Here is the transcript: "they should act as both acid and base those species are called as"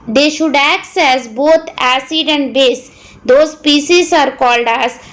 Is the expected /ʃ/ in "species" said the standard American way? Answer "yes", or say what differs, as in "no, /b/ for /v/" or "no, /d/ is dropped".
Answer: no, /s/ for /ʃ/